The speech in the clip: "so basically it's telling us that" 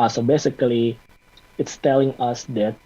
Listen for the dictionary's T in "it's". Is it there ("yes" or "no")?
yes